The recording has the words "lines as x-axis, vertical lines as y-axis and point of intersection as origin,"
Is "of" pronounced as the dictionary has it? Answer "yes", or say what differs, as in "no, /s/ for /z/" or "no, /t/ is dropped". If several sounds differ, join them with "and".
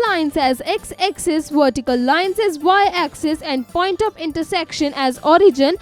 no, /p/ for /v/